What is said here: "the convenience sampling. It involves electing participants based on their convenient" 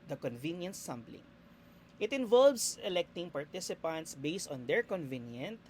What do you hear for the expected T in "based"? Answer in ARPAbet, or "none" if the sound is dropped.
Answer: T